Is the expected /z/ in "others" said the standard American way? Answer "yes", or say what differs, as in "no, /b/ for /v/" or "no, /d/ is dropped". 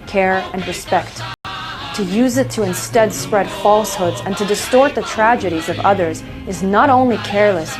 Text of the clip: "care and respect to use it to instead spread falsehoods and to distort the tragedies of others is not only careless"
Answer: yes